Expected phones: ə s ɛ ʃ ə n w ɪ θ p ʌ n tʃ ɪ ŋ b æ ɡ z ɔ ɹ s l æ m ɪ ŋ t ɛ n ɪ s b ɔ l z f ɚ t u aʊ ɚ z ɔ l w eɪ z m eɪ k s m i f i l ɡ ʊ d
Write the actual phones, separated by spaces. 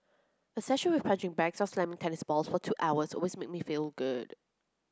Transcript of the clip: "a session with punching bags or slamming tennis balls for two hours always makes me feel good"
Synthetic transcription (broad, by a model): ə s ɛ ʃ ə n w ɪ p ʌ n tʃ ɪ ŋ b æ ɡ s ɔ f s l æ m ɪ ŋ t ɛ n ɪ s b ɔ l s f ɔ t u aʊ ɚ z ɔ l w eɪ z m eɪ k m i f i l ɡ ʊ d